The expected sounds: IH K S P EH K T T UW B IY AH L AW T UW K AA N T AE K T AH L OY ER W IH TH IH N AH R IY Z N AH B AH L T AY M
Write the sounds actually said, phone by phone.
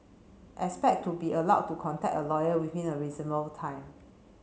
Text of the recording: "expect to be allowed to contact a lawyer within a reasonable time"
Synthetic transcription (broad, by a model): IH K S P EH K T T UW B IY AH L AW T UW K AA N T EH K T AH L OY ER W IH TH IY N AH R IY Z AH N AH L T AY M